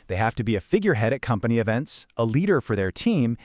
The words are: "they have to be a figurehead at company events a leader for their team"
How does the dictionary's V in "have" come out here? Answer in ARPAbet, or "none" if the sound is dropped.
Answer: F